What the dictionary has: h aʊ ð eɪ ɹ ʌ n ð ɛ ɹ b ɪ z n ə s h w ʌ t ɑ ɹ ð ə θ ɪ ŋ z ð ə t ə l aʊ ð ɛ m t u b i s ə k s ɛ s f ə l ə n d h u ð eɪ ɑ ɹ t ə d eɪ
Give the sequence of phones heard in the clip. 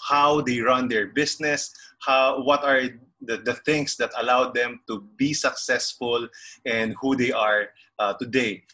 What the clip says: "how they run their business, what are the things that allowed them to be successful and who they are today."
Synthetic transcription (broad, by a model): h aʊ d eɪ ɹ ʌ n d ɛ ɹ b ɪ s n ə s h w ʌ t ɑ ɹ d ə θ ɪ ŋ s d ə t ə l aʊ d ɛ m t u b i s ə k s ɛ s f ə l ə n d h u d eɪ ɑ ɹ t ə d eɪ